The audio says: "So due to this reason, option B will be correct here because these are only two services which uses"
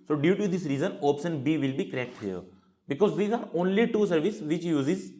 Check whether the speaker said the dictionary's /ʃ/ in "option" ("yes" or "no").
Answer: no